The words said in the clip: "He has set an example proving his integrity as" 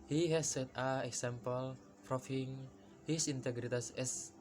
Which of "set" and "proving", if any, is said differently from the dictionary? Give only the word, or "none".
proving